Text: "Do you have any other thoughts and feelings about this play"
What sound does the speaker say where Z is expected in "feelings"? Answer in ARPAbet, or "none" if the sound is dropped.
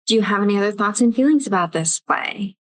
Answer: Z